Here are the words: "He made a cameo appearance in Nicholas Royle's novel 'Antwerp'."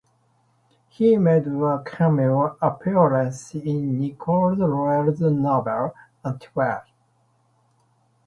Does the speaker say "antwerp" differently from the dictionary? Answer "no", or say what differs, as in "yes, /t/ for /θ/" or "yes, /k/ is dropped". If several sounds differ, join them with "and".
yes, /p/ is dropped